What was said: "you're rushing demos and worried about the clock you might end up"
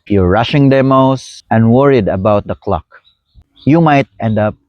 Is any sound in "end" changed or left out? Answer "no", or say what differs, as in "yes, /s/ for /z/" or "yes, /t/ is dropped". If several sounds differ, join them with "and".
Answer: no